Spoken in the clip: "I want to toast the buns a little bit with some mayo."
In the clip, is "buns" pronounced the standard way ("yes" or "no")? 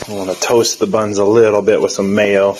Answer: yes